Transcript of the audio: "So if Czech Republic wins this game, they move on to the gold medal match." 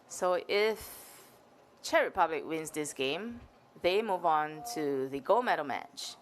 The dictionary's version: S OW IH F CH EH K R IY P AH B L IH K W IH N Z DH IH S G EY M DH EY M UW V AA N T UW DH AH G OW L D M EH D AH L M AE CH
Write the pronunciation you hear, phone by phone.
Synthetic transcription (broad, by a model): S OW IH F CH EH R IY P AH B L IH K W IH N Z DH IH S G EY M DH EY M UW V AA N T UW DH AH G OW L M EH D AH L M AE CH